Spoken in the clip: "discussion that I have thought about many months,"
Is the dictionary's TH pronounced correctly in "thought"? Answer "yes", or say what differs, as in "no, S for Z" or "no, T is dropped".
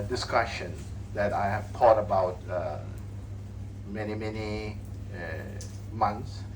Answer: no, T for TH